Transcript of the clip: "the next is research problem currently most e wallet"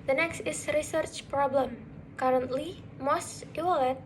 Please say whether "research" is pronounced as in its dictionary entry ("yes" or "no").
yes